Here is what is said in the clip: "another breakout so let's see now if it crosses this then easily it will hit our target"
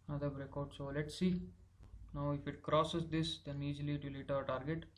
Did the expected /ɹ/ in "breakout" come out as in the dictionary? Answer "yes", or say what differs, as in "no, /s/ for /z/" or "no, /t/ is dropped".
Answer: yes